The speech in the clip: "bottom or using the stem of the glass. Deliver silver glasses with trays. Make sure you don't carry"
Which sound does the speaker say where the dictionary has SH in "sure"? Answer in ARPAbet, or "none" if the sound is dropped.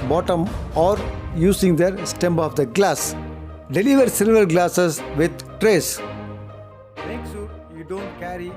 S